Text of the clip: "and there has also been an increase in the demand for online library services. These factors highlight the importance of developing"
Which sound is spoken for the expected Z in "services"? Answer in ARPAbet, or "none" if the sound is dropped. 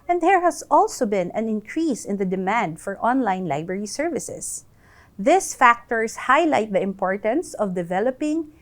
S